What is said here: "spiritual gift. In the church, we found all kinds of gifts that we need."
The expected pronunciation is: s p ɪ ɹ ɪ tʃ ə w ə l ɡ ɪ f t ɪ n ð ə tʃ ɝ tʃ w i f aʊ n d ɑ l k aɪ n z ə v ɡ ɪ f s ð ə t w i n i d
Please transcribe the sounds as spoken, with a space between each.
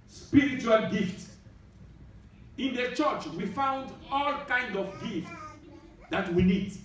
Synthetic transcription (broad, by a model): s p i ɹ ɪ tʃ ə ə l ɡ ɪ f t ɪ n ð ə tʃ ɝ tʃ w i f aʊ n d ɑ l k aɪ n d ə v ɡ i f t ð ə t w i n i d